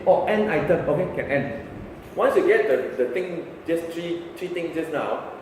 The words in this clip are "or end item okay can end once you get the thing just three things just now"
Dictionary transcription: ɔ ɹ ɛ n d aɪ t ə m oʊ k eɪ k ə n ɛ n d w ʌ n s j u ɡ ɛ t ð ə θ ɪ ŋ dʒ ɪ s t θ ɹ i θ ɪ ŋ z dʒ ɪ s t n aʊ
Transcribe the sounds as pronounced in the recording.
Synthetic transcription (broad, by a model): ɔ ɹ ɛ n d aɪ t ə m oʊ k eɪ k ə n ɛ n d w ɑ n s j u ɡ ɛ t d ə t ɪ ŋ dʒ ɪ s t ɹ ɹ i t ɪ ŋ s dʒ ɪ s n aʊ